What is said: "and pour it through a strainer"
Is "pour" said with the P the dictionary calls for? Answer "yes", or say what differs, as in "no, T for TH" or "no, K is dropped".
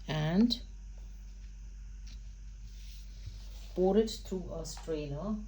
no, B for P